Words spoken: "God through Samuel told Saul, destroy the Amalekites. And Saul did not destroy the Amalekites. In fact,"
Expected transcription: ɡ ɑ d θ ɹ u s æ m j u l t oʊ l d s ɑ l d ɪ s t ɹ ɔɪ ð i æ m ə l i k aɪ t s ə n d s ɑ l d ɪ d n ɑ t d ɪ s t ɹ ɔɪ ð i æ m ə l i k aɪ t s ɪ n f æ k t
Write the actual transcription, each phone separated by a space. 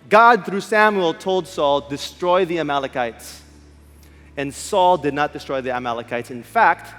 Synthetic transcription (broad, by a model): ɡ ɑ d θ ɹ u s æ m j u l t oʊ l d s ɑ l d ɪ s t ɹ ɔɪ ð i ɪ m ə l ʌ k aɪ t s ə n s ɑ l d ɪ d n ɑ t d ɪ s t ɹ ɔɪ ð i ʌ m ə l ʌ k aɪ t s ɪ n f æ k t